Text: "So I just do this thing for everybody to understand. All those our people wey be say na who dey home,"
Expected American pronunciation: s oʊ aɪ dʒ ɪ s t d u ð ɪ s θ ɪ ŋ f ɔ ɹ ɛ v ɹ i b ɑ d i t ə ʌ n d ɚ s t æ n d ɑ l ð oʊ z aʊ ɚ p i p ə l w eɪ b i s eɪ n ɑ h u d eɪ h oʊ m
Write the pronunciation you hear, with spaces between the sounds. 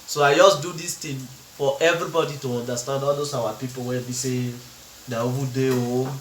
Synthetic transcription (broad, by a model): s oʊ aɪ dʒ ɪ s d u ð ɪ s t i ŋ f ɔ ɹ ɛ v ɹ i b ɑ d i t ə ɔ n d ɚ s t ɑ n d ɑ l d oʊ s aʊ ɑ p i p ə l w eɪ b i s eɪ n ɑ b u d eɪ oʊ